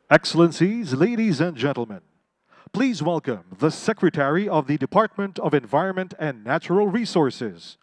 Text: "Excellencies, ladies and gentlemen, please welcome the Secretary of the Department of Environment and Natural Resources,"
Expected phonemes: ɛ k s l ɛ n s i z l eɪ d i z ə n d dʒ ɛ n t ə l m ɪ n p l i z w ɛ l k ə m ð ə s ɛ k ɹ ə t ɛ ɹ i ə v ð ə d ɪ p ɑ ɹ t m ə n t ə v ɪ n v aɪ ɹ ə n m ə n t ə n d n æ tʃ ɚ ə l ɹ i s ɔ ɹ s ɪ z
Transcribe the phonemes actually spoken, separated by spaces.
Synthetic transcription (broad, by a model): ɛ k s l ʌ n s i z l eɪ d i z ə n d dʒ ɛ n t l m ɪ n p l i z w ɛ l k ə m ð ə s ɛ k ɹ ə t ɛ ɹ i ə v ð ə d ɪ p ɑ ɹ t m ə n t ə v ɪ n v aɪ ɹ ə n m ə n t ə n n æ tʃ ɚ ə l ɹ i s ɔ ɹ s ɪ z